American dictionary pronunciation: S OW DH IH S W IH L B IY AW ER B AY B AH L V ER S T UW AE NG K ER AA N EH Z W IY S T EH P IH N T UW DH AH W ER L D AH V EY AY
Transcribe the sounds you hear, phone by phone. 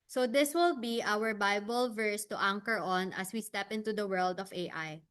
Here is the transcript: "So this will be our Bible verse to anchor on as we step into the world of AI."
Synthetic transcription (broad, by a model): S OW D IH S W IH L B IY AW ER B AY B AH L V ER S T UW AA NG K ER AA N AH S W IY S T EH P IH N T UW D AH W ER L D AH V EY AY